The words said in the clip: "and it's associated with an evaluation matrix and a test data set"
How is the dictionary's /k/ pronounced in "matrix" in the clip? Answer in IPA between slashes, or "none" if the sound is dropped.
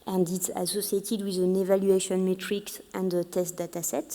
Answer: /k/